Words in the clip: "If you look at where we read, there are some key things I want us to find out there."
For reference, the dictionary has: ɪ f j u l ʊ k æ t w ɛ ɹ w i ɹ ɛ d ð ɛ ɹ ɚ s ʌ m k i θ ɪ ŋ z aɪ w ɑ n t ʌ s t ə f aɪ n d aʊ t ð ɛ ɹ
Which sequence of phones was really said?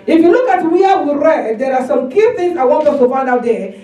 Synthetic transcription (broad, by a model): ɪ f j u l ʊ k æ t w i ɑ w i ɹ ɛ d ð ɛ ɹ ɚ s ʌ m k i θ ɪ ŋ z aɪ w ɑ n t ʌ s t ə f aɪ n d aʊ t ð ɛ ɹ